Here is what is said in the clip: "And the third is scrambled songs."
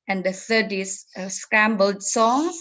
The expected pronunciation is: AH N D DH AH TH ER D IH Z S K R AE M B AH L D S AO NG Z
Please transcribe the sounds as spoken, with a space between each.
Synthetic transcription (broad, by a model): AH N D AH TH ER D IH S S K R AE M B AH L D S AO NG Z